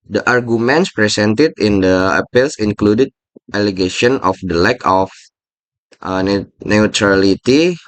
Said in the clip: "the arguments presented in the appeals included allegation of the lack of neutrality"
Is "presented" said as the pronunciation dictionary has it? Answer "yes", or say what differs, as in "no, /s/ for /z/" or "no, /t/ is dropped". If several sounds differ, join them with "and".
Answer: no, /s/ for /z/